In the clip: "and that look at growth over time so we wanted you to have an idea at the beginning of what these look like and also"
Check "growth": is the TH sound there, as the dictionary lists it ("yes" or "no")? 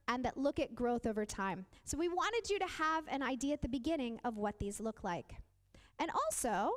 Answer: yes